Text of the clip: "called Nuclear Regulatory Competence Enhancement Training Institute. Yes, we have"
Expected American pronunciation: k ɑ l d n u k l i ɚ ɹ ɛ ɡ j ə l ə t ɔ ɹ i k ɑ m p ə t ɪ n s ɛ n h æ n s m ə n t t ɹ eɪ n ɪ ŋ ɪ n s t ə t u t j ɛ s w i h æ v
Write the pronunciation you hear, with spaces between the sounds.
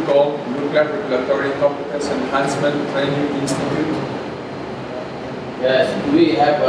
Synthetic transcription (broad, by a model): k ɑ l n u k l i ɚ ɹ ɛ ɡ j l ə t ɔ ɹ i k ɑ p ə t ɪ s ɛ n h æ n s m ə n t t ɹ eɪ n ɪ ŋ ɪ n s t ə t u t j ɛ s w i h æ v